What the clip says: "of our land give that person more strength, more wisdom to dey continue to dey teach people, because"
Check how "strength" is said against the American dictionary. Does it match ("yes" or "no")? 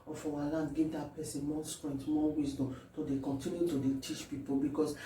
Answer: no